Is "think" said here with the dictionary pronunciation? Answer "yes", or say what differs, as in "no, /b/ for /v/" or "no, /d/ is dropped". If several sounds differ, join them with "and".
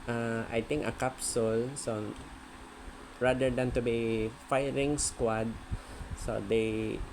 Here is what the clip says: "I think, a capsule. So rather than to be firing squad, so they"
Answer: no, /t/ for /θ/